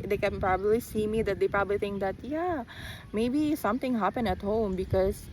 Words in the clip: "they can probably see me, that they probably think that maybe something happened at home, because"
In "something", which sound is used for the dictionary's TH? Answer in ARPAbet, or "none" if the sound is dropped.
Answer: T